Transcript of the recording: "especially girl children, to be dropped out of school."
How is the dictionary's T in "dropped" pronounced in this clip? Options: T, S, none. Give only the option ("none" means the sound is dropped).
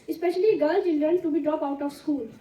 none